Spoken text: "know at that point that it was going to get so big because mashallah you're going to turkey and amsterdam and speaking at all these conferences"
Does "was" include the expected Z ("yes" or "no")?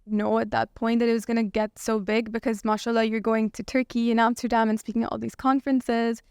yes